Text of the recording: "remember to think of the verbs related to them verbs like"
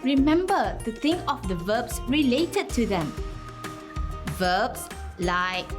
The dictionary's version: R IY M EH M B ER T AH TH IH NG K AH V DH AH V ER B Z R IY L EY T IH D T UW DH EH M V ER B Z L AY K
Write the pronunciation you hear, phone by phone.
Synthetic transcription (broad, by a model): R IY M EH M B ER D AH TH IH NG AH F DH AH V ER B S R IY L EY T IH D T UW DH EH M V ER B S L AY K